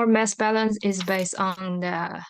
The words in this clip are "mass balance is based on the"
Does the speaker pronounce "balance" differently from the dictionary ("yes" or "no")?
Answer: no